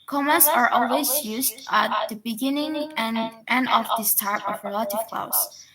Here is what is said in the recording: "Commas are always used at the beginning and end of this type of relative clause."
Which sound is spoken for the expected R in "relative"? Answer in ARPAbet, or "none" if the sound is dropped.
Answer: R